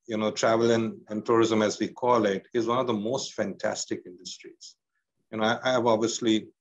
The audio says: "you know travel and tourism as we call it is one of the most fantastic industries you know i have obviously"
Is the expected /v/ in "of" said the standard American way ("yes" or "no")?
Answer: yes